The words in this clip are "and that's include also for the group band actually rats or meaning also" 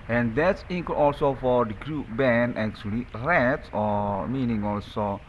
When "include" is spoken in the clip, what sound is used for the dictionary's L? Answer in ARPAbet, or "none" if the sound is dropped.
none